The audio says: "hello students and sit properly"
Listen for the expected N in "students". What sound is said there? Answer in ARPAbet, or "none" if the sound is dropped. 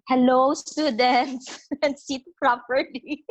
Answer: N